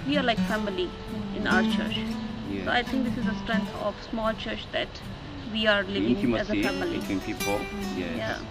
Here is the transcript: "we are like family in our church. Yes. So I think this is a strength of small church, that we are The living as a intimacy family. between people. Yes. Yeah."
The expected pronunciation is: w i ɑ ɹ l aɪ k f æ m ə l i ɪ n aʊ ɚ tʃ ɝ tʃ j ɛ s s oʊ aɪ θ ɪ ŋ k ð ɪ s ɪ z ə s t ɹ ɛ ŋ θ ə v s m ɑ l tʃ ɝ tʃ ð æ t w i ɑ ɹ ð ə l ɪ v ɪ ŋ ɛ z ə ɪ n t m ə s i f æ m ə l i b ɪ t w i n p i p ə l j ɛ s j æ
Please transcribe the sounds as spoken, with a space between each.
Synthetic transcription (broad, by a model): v i ɑ ɹ l aɪ k f æ m ə l i ɪ n aʊ ɚ tʃ ɝ tʃ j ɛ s s oʊ aɪ t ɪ ŋ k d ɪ s ɪ z ə s t ɹ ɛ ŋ t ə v s m ɑ l tʃ ɝ tʃ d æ t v i ɑ ɹ l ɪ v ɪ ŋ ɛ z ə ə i f æ m ə l i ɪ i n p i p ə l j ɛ j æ